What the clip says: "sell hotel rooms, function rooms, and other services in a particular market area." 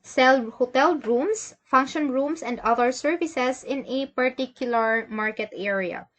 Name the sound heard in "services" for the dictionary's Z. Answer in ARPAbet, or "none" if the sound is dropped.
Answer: S